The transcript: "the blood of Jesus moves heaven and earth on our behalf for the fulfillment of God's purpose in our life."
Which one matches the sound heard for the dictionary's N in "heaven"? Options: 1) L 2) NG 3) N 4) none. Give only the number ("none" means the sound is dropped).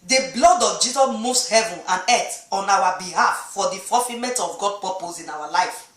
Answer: 3